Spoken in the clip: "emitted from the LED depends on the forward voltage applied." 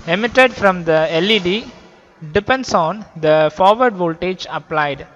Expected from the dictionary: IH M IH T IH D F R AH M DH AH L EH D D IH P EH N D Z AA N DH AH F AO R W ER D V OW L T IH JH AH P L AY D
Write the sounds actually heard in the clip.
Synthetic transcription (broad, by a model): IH M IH T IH D F R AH M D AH L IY D D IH P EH N D S AA N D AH F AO R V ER D V OW L T IH JH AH P L AY D